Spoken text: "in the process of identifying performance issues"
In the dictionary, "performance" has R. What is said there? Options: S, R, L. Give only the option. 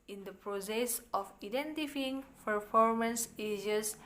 R